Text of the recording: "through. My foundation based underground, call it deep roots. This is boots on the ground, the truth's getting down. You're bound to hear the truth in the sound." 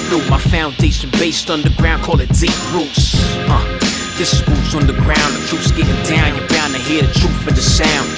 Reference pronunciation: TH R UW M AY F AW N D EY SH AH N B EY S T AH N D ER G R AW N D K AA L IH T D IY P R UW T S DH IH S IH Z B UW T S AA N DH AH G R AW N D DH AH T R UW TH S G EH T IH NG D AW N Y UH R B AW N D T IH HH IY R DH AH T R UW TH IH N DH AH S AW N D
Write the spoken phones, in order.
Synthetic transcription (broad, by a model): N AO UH M AY F AW N D EY SH AH N B EY S T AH N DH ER G R AW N K AA L IH T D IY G R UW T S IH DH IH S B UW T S N DH AH G R AW N DH AH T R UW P S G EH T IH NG D AW N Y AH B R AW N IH HH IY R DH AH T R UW F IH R DH AH S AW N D